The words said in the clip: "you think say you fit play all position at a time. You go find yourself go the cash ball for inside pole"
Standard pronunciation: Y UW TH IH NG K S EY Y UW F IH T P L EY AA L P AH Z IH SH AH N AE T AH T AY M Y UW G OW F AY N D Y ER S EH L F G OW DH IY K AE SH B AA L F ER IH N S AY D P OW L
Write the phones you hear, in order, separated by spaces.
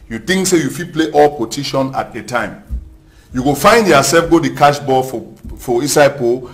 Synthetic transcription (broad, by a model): Y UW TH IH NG K S EY Y UW F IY P L EY AA L P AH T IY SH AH N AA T AH T AY M Y UW G OW F AY N D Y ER S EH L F G OW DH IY K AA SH B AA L F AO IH S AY P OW